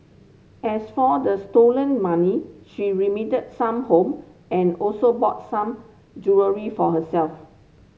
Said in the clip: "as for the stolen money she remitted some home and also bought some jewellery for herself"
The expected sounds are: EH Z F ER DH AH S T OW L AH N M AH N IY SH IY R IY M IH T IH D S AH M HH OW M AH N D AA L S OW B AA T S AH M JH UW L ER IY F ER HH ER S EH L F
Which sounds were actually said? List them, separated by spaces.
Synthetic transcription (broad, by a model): EH S F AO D AH S T OW L AH N M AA N IY SH IY R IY M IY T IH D S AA M HH OW M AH N AA L S OW B AA T S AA M JH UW ER IY F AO HH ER S EH L F